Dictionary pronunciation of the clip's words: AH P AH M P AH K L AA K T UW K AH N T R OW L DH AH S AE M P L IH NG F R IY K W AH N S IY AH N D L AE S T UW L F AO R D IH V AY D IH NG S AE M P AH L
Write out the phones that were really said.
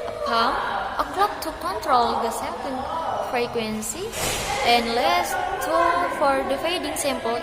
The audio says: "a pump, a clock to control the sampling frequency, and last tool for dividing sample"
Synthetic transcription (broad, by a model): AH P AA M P AH K L AA K T UW K AH N T R OW L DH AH S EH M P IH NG F R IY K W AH N S IY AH N L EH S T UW F AO R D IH F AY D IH NG S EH M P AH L